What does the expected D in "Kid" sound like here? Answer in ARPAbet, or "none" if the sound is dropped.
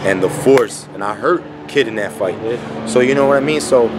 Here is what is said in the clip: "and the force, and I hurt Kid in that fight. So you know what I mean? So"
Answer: D